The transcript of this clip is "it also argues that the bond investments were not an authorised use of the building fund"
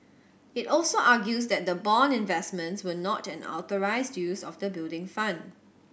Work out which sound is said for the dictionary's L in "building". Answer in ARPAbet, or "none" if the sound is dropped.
L